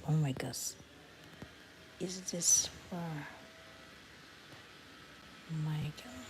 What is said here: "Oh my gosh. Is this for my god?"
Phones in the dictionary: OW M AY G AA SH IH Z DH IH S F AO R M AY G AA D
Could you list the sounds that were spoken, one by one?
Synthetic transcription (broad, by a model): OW M AY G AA S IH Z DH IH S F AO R M AY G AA